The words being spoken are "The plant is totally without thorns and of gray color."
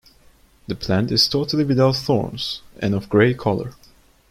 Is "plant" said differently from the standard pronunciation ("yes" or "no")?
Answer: no